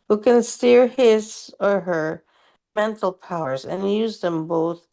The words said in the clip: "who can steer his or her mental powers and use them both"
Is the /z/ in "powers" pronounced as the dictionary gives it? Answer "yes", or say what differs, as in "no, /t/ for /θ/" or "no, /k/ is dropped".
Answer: yes